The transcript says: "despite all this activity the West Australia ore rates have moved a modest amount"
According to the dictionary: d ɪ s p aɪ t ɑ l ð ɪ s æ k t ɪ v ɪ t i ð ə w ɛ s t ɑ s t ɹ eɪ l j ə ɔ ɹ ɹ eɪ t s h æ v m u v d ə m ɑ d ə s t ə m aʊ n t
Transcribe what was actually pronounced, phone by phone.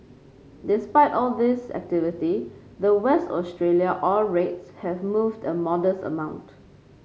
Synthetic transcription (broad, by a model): d ɪ s p aɪ t ɑ l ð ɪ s æ k t ɪ v ɪ t i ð ə w ɛ s t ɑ s t ɹ eɪ l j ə ɔ l ɹ eɪ t s h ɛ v m u v d ə m ɑ d ə s t ə m aʊ n t